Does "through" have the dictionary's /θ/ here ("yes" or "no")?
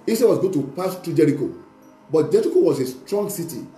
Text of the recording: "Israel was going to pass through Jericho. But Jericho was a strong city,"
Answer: no